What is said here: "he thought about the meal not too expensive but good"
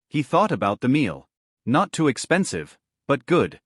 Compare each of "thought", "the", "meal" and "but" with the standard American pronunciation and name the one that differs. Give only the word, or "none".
none